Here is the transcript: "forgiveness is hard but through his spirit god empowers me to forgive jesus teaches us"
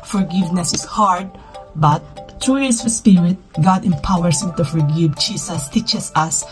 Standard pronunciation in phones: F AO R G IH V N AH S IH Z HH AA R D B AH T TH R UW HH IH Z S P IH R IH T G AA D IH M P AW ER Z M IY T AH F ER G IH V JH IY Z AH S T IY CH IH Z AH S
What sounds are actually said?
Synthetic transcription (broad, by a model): F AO R G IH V N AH S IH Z HH AA R D B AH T T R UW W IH S P IH R IH T G AA D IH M P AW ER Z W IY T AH F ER G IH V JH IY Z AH S T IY CH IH S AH S